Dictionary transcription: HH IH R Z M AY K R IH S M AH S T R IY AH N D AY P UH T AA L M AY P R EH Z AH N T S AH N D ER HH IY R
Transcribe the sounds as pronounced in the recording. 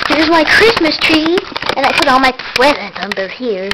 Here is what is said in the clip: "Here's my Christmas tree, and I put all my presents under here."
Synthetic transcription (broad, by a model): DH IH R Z M AY K R IH S M AH S T R IY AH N AY P UH T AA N M AY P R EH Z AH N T AH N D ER HH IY R